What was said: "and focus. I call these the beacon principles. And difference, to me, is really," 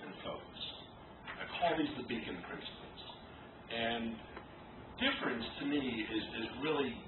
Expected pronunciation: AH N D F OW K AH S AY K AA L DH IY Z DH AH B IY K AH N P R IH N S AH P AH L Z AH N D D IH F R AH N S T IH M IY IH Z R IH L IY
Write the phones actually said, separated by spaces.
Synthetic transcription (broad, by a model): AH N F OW AH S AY K AA L DH IY Z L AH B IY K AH N P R IH N S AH P L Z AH N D D IH F R AH N S T IH M IY IH Z R IH L IY